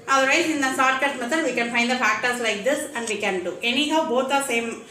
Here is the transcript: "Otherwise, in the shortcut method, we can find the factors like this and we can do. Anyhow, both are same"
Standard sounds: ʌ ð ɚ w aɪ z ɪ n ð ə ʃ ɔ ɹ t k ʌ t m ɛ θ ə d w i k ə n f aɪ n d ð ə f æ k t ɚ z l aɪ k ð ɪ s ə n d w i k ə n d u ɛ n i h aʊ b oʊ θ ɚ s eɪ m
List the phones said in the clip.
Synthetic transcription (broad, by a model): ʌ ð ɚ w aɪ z ɪ n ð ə s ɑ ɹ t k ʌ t m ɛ t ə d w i k ə n f aɪ n d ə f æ k t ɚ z l aɪ k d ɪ s ə n d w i k ə n d u ɛ n i h aʊ b oʊ t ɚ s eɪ m